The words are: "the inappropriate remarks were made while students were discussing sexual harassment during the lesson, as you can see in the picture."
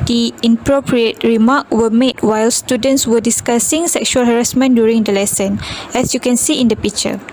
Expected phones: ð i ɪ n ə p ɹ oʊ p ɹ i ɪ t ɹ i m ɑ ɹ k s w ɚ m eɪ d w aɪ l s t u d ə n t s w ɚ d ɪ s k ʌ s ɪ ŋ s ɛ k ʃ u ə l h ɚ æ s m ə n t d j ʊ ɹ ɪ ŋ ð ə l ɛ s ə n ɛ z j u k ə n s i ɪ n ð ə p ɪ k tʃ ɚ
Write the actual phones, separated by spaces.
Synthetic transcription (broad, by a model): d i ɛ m p ɹ oʊ p ɹ i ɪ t ɹ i m ɑ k w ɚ m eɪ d w aɪ l s t u d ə n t s w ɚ d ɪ s k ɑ s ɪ ŋ s ɛ k ʃ u ə l h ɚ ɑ s m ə n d j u ɹ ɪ ŋ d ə l ɛ s ə n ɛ s j u k ə n s i ɪ n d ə p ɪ k tʃ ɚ